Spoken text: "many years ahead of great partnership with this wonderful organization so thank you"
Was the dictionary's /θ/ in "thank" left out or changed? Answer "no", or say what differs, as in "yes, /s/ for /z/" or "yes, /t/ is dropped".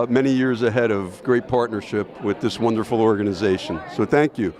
no